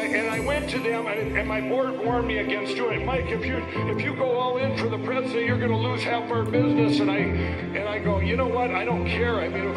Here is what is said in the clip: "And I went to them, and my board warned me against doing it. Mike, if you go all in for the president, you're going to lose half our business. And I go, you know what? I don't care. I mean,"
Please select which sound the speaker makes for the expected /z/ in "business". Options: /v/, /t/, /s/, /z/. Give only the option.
/z/